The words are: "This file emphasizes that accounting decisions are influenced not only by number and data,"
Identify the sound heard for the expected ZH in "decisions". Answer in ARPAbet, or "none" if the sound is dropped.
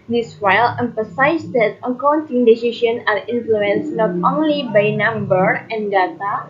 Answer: SH